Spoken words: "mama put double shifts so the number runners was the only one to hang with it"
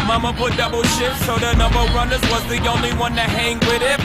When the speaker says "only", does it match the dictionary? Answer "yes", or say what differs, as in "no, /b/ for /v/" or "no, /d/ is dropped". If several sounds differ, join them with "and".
yes